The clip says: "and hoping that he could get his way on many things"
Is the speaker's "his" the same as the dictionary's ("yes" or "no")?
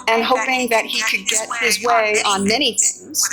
yes